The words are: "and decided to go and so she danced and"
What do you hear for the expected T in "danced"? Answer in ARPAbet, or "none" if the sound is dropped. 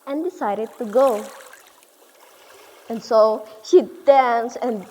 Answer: none